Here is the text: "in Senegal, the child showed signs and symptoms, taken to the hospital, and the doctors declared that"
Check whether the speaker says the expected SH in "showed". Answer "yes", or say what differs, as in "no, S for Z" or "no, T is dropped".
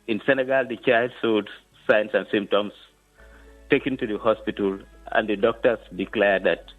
no, S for SH